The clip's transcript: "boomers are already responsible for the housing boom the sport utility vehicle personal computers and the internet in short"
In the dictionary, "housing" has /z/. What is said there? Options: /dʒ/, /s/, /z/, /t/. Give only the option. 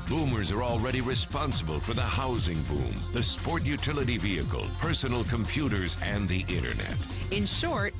/z/